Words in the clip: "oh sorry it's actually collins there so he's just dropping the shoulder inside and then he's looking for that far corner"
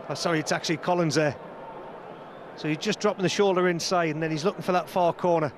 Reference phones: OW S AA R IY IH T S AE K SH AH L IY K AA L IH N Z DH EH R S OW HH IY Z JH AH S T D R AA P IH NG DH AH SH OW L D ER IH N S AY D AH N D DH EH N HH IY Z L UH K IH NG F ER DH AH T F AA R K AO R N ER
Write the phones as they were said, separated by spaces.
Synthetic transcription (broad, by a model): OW S AA R IY IH T S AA K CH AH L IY K AA L IH N Z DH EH S OW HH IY Z JH AH S D R AA P IH NG DH AH SH OW L D ER IH N S AY D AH N DH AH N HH IY Z L UH K IH NG F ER DH AH T F AA K AO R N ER